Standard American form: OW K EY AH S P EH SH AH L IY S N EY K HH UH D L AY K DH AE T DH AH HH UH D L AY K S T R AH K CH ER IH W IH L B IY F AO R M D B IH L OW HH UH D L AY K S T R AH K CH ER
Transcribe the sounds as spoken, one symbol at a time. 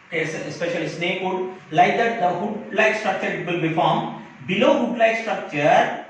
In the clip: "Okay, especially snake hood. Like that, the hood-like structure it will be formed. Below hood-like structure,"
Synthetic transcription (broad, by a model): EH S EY S P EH SH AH L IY S N EY K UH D L AY K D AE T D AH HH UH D L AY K S T R AH K CH ER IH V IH L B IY F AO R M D B IH L OW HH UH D L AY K S T R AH K CH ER